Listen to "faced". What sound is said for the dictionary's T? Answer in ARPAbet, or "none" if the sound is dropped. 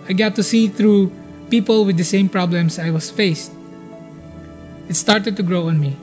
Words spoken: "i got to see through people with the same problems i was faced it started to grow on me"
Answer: T